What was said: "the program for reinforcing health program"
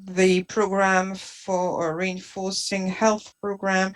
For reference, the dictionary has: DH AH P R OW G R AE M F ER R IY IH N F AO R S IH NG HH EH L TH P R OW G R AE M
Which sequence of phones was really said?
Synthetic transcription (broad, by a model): DH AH P R OW G R AE M F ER R IY IH N F AO R S IH NG HH EH L TH P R OW G R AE M